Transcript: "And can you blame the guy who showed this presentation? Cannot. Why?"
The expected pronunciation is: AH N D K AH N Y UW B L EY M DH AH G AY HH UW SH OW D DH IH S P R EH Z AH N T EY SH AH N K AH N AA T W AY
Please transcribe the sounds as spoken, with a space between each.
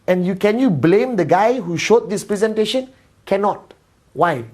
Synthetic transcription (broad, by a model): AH N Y K AH N Y UW B L EY M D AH G AY HH UW SH OW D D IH S P R EH Z AH N T EY SH AH N K AH N AA T W AY